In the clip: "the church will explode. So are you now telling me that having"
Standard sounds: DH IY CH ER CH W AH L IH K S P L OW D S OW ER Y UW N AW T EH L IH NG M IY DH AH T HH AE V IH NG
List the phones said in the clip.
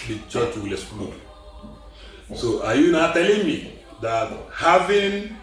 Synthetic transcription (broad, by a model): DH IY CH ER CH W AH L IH S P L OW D S OW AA Y UW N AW T EH L IH NG M IY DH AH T HH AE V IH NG